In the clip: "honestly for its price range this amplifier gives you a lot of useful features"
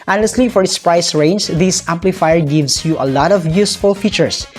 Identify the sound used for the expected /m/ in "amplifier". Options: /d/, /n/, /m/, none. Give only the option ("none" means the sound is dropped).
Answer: /m/